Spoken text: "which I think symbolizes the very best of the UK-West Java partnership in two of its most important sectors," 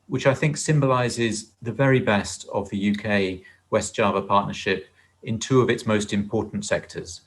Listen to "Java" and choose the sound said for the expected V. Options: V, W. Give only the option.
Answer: V